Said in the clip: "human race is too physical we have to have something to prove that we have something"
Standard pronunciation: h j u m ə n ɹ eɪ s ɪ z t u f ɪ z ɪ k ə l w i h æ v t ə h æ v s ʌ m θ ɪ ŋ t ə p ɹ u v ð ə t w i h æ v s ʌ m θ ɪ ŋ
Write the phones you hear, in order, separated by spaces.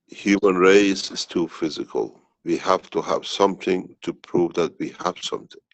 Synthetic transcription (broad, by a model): h j u m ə n ɹ eɪ s ɪ z t u f ɪ z ɪ k ə l w i h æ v t ə h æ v s ʌ m θ ɪ ŋ t ə p ɹ u v ð ə t w i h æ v s ʌ m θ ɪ ŋ